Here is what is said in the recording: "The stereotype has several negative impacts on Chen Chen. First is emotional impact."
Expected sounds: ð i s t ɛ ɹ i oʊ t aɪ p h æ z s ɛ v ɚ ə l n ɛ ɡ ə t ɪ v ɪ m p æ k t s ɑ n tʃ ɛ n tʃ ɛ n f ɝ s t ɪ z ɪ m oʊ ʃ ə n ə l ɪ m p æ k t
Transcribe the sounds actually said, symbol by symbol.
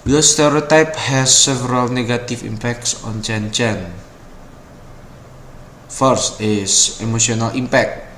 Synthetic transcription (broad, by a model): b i s t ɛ ɹ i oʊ t aɪ p h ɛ s ɛ v ɚ ə l n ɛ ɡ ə t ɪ f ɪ m p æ k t s ɑ n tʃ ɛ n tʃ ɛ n f ɝ s t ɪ s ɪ m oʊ s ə n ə l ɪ m p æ k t